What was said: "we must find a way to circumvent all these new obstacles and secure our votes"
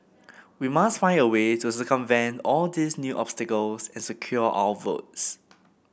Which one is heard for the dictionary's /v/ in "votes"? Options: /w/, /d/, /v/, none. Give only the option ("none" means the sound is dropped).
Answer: /v/